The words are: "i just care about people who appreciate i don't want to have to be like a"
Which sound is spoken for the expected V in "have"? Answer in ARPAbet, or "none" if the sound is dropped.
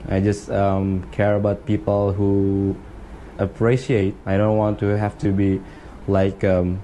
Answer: F